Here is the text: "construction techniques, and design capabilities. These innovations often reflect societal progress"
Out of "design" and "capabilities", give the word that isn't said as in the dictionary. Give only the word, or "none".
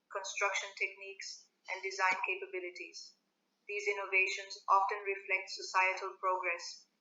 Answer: none